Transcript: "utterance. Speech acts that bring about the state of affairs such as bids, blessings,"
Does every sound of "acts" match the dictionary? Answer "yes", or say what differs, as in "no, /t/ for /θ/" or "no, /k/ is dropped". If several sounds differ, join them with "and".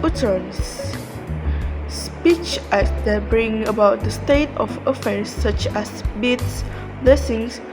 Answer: no, /k/ is dropped